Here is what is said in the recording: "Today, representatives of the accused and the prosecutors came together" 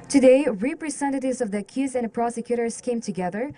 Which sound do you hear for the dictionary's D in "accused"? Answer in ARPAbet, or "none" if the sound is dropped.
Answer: none